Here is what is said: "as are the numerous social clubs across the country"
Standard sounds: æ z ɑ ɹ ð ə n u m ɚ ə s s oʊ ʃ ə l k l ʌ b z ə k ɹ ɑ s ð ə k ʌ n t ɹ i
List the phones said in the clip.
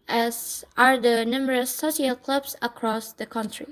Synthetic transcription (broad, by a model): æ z ɑ ɹ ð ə n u m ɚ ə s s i ə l k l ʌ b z ə k ɹ ɑ s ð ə k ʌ n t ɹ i